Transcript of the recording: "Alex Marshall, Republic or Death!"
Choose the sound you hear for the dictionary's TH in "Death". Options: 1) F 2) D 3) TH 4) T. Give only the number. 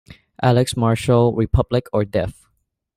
1